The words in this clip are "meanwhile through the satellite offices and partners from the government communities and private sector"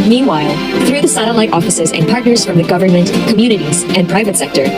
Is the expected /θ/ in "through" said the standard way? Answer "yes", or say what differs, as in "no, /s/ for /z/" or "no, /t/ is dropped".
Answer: yes